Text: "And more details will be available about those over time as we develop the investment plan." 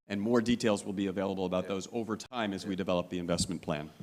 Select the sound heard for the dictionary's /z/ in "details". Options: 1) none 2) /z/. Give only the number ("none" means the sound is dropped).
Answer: 2